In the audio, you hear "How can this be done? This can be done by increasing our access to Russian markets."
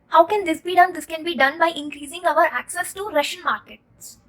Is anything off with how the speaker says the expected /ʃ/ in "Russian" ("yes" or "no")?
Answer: no